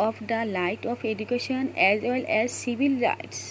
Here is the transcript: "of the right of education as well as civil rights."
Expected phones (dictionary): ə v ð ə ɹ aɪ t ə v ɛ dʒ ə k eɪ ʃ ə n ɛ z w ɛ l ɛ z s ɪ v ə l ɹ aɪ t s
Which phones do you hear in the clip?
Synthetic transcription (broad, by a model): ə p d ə l aɪ t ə p ɛ dʒ ə k eɪ ʃ ə n ɛ z w ɛ l ɛ z s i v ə l ɹ aɪ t s